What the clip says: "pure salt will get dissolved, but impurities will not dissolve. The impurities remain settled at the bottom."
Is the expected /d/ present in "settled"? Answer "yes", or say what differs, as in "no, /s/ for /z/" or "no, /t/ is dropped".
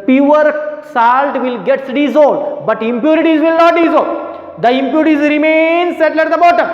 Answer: no, /d/ is dropped